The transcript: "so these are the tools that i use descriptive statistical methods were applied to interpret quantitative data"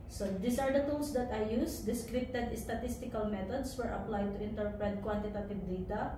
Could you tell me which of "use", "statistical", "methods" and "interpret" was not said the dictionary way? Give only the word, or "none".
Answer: methods